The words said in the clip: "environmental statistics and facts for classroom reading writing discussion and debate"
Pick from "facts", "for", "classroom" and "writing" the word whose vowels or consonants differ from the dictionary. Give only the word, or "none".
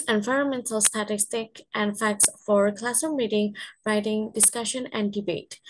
classroom